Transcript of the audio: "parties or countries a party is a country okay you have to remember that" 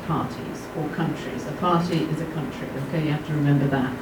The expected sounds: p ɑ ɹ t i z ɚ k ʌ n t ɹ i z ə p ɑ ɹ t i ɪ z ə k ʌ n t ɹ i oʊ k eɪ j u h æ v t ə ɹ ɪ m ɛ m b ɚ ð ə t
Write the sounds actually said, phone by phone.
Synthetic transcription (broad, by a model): p ɑ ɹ t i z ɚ k ʌ n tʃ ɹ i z ə p ɑ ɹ t i ɪ z ə k ʌ n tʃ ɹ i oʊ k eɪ j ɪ h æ f t ə ɹ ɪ m ɛ m b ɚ ð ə t